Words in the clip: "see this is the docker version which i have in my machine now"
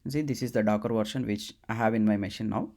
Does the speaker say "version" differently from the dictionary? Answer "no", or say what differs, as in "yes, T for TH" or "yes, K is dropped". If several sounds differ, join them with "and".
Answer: yes, SH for ZH